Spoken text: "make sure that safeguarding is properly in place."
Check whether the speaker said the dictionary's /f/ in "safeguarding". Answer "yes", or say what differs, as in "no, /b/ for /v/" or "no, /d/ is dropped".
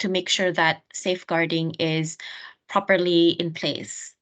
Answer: yes